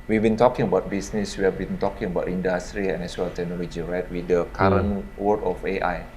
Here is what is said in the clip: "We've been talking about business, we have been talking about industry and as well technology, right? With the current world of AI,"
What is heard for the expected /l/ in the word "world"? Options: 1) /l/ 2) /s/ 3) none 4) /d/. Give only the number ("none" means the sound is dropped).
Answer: 3